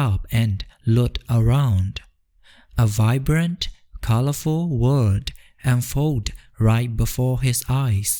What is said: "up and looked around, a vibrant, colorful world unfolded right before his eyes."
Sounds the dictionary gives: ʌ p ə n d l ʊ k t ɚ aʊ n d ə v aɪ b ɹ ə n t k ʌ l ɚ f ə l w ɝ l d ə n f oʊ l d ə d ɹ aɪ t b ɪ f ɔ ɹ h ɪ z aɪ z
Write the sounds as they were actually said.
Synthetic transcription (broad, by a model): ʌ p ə n l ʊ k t ɚ aʊ n d ə v aɪ b ɹ ə n t k ʌ l ɚ f ə l w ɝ d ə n f oʊ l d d ɹ aɪ t b ɪ f ɔ ɹ h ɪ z aɪ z